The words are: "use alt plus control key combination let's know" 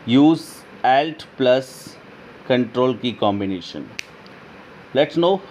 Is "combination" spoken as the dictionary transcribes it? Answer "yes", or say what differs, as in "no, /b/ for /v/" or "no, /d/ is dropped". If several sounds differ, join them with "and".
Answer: yes